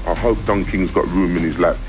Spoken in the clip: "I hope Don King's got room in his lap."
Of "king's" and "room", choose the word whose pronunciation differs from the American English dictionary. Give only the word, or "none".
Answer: none